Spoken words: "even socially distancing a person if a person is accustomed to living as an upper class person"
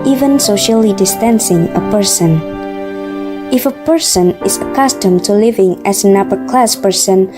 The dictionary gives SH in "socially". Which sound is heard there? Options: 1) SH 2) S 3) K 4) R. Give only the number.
1